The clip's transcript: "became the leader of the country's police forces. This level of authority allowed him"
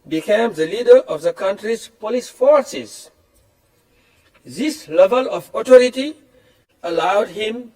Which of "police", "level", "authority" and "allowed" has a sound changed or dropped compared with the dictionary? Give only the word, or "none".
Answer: authority